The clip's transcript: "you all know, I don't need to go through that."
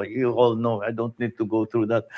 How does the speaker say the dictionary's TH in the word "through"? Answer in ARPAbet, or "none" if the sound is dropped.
T